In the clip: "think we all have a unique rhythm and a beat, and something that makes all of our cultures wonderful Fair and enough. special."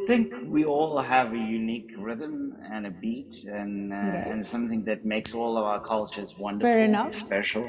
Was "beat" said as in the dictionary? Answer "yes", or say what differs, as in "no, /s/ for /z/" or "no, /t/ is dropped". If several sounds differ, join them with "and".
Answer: yes